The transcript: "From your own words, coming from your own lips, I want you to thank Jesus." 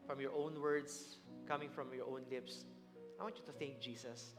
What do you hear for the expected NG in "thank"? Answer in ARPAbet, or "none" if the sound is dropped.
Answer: NG